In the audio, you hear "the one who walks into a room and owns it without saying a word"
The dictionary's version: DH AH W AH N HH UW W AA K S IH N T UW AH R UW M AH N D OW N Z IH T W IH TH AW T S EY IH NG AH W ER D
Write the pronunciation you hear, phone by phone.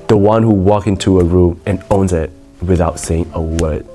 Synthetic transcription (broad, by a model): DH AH W AH N HH UW W AA K IH N T UW AH R UW M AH N OW N Z IH T W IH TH AW T S EY IH NG AH W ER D